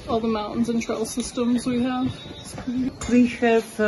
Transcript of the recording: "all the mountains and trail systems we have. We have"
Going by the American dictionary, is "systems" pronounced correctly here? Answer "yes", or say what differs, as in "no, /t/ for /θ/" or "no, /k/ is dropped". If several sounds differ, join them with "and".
yes